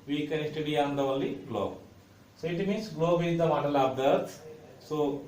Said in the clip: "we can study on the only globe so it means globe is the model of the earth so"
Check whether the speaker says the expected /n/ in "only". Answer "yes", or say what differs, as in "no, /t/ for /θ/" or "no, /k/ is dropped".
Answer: no, /n/ is dropped